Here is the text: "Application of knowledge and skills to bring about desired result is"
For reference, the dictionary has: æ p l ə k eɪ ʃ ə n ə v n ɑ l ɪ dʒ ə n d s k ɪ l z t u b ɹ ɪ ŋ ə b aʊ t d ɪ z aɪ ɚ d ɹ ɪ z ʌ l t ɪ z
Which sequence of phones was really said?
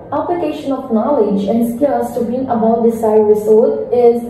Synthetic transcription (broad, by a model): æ p l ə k eɪ ʃ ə n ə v n ɑ l ɪ dʒ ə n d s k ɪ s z t u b ɪ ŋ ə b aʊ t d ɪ s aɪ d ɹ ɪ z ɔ t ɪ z